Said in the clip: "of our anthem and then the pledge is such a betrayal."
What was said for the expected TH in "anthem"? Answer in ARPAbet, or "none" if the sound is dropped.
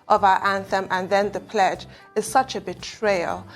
TH